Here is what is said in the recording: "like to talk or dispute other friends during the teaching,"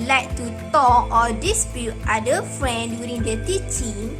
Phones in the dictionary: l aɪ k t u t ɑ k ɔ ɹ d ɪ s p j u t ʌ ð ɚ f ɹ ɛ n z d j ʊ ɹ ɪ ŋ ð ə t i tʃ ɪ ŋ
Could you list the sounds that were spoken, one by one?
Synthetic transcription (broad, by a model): l aɪ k t u t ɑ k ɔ l d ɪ s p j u t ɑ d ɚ f ɹ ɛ n d j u ɹ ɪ ŋ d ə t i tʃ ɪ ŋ